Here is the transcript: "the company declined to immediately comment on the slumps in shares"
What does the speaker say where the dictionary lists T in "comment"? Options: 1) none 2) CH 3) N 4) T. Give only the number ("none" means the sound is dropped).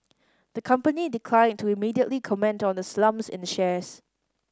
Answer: 4